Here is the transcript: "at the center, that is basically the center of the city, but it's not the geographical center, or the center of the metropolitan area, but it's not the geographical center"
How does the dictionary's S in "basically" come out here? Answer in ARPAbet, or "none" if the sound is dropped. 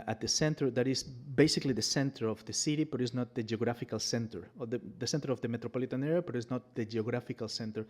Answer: S